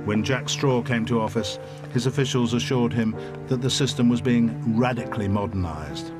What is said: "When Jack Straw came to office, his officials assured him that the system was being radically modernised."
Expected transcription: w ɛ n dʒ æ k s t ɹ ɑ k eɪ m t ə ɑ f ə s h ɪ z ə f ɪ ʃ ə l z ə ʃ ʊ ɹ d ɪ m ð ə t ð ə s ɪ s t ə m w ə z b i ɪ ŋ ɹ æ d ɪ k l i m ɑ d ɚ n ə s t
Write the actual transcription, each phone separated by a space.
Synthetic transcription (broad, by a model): w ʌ n dʒ æ k s t ɹ ɑ k eɪ m t ə ɑ f ə s h ɪ z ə f ɪ ʃ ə l z ə ʃ ʊ ɹ d ɪ m ð ə t ð ə s ɪ s t ə m w ə z b i ɪ ŋ ɹ æ d ɪ k l i m ɑ d ɚ n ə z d